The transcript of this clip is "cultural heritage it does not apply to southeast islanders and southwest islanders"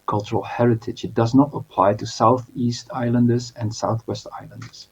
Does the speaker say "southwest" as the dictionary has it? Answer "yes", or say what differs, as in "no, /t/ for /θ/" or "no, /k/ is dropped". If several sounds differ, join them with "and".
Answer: yes